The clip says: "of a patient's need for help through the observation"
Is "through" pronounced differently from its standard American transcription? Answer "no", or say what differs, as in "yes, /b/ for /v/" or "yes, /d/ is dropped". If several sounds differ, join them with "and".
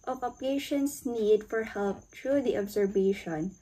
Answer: yes, /t/ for /θ/